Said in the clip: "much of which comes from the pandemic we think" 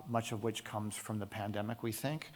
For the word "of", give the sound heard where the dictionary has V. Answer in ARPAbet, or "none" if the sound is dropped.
V